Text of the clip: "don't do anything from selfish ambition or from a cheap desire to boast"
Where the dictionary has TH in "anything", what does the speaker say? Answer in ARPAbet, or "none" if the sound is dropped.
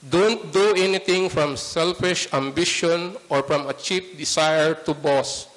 T